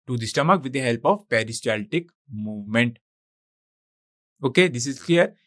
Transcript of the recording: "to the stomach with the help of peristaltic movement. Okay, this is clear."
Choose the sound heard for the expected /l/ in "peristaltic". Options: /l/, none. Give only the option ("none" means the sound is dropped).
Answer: /l/